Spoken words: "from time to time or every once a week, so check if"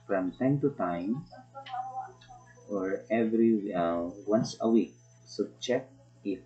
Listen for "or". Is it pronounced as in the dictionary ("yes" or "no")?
yes